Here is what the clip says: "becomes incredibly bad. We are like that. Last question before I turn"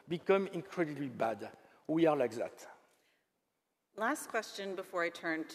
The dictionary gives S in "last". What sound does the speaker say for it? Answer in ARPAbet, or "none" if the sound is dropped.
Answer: S